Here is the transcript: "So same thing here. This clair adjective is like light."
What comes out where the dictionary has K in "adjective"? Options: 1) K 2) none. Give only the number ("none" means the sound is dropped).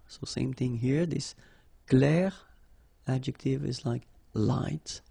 1